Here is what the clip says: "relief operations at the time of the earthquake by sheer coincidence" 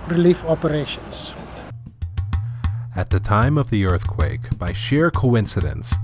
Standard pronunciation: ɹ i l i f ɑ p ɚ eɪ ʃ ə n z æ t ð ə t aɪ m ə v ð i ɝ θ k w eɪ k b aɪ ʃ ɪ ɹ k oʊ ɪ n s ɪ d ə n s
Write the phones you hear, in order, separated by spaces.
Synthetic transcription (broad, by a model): ɹ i l i f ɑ p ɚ eɪ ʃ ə n s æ t ð ə t aɪ m ə v ð i ɝ θ k w eɪ k b aɪ ʃ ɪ ɹ k oʊ ɪ n s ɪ d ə n s